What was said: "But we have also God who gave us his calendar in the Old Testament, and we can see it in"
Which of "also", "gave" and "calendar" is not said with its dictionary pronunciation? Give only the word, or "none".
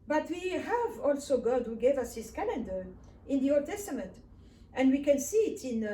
none